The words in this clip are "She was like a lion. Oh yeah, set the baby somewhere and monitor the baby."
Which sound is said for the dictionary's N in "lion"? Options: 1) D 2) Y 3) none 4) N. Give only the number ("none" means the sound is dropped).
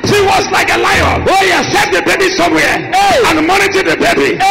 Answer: 3